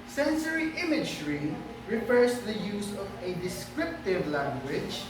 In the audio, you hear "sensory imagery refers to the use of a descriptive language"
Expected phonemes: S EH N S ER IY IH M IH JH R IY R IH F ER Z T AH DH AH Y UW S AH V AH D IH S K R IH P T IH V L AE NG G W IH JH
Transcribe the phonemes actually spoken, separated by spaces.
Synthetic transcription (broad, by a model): S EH N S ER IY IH M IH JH R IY R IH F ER S T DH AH Y UW S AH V AH D IH S K R IH P T IH V L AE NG G W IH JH